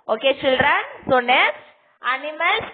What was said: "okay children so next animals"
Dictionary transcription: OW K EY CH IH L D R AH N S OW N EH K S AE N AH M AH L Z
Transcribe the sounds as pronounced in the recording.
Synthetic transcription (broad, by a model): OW K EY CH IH L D R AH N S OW N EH S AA N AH M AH L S